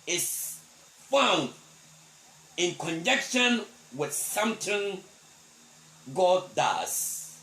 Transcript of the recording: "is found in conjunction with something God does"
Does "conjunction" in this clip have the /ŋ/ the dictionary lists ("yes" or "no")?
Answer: no